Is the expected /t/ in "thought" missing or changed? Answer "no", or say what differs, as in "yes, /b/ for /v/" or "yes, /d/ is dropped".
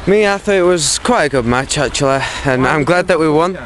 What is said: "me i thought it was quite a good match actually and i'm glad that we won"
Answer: yes, /t/ is dropped